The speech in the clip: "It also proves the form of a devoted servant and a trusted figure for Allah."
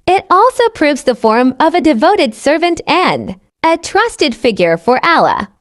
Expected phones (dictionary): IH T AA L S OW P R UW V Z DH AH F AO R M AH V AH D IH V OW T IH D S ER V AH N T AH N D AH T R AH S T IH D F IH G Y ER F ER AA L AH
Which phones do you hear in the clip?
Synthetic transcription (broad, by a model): IH T AA L S OW P R UW V Z DH AH F AO R M AH V AH D IH V OW T IH D S ER V AH N T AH N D AH T R AH S T IH D F IH G Y ER F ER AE L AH